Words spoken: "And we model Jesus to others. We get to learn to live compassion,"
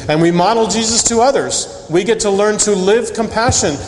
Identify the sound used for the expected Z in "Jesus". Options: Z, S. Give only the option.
Z